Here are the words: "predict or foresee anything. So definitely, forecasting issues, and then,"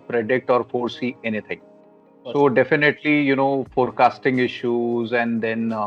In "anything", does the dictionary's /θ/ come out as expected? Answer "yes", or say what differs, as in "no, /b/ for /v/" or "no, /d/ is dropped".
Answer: no, /t/ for /θ/